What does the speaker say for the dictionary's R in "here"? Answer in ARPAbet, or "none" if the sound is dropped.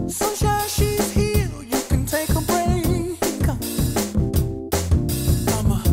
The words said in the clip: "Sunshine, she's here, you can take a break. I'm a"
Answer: L